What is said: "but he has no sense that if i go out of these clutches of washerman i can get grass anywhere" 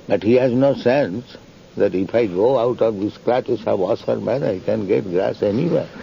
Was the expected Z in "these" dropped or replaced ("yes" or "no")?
yes